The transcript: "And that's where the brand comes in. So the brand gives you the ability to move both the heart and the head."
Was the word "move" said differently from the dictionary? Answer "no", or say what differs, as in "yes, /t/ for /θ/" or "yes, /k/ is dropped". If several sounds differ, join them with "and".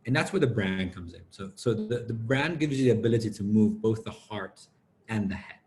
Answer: no